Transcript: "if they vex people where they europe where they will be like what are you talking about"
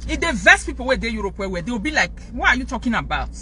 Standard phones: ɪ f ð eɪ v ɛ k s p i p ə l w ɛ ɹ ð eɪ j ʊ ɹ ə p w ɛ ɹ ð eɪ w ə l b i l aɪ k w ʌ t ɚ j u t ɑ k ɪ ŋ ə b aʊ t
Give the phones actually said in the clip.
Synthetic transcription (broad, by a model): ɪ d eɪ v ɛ s p i p ə l w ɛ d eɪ j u ɹ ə p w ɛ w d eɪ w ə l b i l aɪ k w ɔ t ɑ j u t ɑ k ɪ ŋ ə b aʊ t